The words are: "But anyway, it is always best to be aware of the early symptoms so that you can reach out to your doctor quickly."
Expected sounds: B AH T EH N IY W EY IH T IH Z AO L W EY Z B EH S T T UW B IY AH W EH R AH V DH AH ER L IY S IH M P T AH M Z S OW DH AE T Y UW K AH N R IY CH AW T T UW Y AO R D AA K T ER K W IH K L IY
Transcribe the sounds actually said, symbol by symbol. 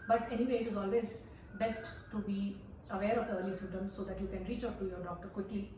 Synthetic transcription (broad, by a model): B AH T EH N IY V EY IH T IH Z AO L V EY Z B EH S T T UW B IY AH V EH R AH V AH ER L IY S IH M T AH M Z S OW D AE T Y UW K AH N R IY CH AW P T UW Y AO R D AA K T ER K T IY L